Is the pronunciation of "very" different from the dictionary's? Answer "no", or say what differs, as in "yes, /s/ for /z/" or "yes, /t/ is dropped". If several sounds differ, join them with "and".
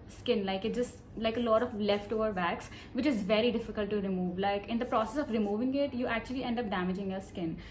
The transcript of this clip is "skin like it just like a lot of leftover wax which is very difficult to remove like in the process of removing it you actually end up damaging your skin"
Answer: no